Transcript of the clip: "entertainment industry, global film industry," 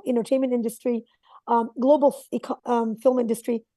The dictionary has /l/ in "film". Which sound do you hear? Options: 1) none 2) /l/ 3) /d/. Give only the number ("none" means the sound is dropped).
2